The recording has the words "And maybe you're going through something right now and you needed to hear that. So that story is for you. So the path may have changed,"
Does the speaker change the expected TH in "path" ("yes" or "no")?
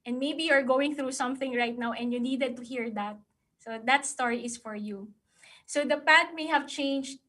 yes